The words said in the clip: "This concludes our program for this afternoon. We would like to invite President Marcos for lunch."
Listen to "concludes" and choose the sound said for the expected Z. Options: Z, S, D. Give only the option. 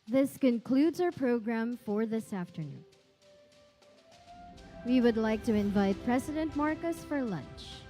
Z